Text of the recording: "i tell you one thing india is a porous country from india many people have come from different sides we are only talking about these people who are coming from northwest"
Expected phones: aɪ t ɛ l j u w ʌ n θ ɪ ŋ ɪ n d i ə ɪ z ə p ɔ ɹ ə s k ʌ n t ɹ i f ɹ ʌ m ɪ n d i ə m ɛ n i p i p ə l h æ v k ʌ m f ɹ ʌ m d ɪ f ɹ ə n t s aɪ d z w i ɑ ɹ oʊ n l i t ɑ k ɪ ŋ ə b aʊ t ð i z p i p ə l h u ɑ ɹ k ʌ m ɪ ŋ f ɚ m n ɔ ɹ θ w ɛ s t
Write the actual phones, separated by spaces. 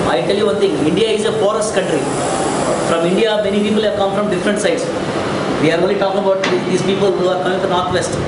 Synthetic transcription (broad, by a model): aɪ t ɛ l j u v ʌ n t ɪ ŋ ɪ n d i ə ɪ z ə f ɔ ɹ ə s k ʌ n t ɹ i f ɹ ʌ m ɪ n d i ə m ɛ n i p i p ə l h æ v k ʌ m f ɹ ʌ m d ɪ f ɹ ə n t s aɪ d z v i ɑ ɹ oʊ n l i t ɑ k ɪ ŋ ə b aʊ t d i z p i p ə l h u ɑ ɹ k ʌ m ɪ ŋ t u n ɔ ɹ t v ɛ s t